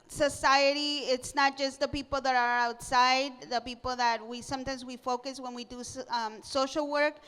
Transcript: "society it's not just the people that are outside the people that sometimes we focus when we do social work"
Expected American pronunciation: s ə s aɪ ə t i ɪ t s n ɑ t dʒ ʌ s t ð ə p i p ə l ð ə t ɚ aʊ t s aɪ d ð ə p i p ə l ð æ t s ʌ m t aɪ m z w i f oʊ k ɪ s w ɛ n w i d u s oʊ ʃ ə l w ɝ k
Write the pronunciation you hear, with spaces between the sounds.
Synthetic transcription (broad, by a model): s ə s aɪ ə t i ɪ t s n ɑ t dʒ ʌ s t ð ə p i p l ð ə t ɚ aʊ t s aɪ d ð ə p i p l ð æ t s ʌ m t aɪ m z w i f oʊ k ɪ s w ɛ n w i d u s oʊ ʃ l w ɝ k